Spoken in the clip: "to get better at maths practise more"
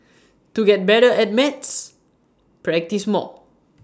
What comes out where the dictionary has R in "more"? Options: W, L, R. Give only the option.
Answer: L